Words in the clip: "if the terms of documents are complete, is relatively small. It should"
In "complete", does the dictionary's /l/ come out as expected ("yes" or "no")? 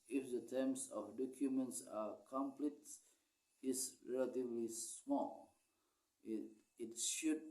yes